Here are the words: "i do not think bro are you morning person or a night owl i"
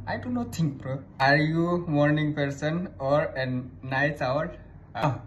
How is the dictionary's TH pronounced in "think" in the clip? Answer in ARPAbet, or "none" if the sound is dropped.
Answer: T